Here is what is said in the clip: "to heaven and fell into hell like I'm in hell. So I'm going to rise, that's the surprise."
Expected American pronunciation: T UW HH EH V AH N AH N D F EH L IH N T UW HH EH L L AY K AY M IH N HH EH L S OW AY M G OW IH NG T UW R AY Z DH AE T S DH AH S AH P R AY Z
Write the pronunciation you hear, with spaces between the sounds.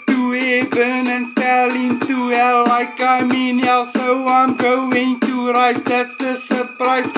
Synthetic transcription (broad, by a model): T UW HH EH B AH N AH N F EH L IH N T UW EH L L AY K AY M IH N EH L S OW AY M G OW IH NG T UW R AY S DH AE T S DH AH S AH P R AY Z